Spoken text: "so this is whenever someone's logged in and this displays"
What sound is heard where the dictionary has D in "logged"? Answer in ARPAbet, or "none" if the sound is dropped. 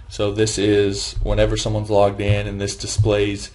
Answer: D